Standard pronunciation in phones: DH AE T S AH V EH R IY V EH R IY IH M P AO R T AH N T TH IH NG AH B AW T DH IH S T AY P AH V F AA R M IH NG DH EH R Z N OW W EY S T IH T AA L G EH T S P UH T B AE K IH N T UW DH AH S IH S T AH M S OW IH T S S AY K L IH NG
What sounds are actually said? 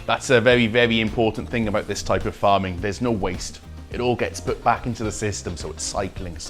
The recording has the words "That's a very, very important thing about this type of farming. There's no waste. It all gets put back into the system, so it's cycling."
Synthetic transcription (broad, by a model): DH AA T S AH V EH R IY V EH R IY IH M P AO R T N TH IH NG AH B AW T DH IH S T AY P AH V F AA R M IH NG DH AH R Z N OW W EY S T IH T AA L G EH T S P UH T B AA K IH N T UW DH AH S IH S T AH M S OW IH T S S AY K L IH NG